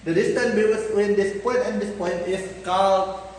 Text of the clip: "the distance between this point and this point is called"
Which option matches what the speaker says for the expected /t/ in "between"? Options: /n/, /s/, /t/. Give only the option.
/s/